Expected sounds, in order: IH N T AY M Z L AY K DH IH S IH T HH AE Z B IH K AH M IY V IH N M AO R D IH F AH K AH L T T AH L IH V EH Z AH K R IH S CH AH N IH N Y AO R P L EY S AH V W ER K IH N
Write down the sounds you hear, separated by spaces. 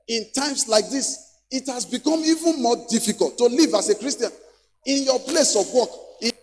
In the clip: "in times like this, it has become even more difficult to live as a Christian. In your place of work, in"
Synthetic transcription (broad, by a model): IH N T AY M S L AY K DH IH S IH T HH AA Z B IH K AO M IY V IH N M AO D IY F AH K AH L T T AH L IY V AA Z AH K R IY S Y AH N IH N Y AO P L EY S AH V W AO K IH